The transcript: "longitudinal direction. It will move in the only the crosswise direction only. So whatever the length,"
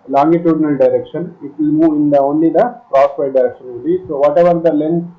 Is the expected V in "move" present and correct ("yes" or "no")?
no